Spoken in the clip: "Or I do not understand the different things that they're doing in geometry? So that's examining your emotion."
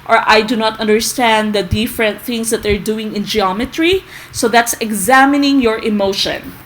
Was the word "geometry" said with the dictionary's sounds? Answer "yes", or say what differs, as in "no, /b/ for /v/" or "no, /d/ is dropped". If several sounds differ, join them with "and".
yes